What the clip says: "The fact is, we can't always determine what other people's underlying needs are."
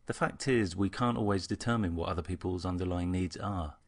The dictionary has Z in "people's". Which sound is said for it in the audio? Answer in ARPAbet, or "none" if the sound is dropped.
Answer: Z